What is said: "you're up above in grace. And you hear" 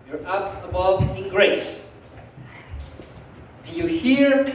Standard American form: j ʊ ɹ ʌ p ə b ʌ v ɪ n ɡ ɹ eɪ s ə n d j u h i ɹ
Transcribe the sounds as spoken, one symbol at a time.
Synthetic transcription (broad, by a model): j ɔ ɹ ʌ p ə b ʌ v ɪ n ɡ ɹ eɪ ə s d j u h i ɹ